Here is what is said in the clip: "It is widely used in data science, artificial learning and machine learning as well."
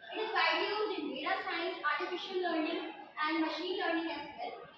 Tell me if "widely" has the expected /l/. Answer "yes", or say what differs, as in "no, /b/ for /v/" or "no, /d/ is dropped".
no, /l/ is dropped